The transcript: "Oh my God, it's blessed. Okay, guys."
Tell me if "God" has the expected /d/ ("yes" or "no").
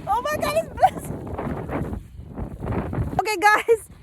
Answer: no